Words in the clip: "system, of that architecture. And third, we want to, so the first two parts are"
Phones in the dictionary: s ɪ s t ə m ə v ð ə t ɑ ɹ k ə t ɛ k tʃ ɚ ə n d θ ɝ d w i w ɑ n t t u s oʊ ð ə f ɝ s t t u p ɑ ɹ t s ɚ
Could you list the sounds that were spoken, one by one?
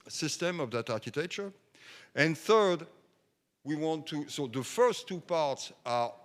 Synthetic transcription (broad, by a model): s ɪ s t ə m ə v ð ə t ɑ ɹ k ə t ɛ k tʃ ɚ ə n θ ɝ d w i w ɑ n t t u s oʊ ð ə f ɝ s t t u p ɑ ɹ t s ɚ